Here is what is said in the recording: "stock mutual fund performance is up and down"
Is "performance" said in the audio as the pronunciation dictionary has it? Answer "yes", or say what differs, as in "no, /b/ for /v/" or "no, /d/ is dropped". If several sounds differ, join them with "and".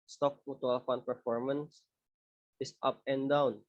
yes